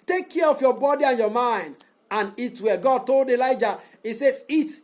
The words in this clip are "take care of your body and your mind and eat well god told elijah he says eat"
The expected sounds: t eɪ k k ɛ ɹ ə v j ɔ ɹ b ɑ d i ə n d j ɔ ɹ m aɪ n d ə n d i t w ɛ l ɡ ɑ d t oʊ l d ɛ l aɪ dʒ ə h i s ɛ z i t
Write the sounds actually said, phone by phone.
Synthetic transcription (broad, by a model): t eɪ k k ɛ ɹ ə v j ɔ b ɑ d i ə n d j ɔ m aɪ n d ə n i t w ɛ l ɡ ɑ d t oʊ l d ɛ l aɪ dʒ ə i s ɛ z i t